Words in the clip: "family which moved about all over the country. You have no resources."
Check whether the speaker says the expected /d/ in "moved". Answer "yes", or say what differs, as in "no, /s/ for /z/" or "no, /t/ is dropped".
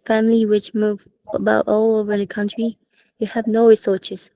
no, /d/ is dropped